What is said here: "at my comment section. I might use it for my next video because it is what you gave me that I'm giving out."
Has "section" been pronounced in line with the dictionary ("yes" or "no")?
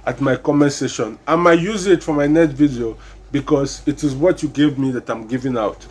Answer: no